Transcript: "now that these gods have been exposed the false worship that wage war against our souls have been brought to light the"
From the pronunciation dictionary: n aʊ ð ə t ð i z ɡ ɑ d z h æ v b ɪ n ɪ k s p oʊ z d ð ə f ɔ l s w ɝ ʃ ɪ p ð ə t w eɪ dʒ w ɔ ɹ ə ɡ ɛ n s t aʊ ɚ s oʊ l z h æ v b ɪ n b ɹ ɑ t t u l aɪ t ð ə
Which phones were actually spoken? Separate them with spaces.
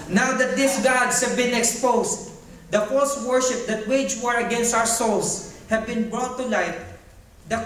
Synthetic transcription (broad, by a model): n aʊ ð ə t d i s ɡ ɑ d s h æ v b ɪ n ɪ k s p oʊ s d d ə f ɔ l s w ɝ ʃ ɪ p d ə t w eɪ dʒ w ɔ ɹ ə ɡ ɛ n s t aʊ ɚ s oʊ l s h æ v b ɪ n b ɹ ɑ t t u l aɪ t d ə